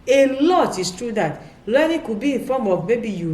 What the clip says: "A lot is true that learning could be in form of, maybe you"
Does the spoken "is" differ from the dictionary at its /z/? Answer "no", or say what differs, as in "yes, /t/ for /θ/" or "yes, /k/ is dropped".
yes, /s/ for /z/